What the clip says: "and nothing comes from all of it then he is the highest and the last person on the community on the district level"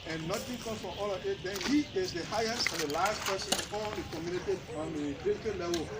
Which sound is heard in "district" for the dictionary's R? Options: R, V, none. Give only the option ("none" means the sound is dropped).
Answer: none